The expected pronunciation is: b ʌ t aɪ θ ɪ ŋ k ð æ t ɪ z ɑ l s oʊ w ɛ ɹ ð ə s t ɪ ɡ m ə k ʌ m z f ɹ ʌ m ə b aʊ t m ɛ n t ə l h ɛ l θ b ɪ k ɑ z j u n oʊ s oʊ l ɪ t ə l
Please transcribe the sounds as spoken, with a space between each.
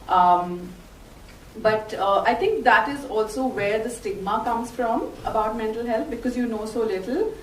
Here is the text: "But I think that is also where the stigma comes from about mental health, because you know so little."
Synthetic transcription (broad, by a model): b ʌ t aɪ t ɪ ŋ k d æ t ɪ z ɑ l s oʊ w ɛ ɹ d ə s t ɪ ɡ m ə k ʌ m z f ɹ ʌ m ə b aʊ t m ɛ n t ə l h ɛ l t b ɪ k ɑ z j u n oʊ s oʊ l ɪ t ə l